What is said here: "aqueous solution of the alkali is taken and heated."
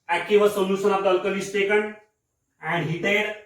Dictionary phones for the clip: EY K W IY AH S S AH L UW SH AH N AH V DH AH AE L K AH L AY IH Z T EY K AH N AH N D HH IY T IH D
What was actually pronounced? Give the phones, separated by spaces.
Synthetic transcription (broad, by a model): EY K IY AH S S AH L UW S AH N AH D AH L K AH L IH S T EY K AH N AH N D HH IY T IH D